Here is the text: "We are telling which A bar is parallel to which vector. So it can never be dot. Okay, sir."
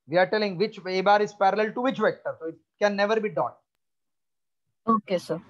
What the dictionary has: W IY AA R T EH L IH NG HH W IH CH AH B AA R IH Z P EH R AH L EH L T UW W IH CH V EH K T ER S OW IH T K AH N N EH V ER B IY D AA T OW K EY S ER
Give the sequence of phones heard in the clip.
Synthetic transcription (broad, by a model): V IY AA R T EH L IH NG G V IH CH AH B AA R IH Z P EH R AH L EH L T UW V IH CH V EH K T ER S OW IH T K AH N N EH V ER B IY D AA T OW K EY S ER